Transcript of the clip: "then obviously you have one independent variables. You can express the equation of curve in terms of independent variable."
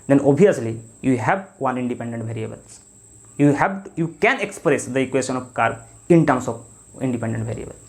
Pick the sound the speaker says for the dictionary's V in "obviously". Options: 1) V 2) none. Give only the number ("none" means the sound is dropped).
2